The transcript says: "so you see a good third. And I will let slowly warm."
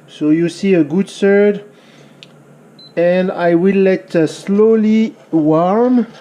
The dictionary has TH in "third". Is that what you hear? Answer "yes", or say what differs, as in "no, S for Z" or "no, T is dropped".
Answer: no, S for TH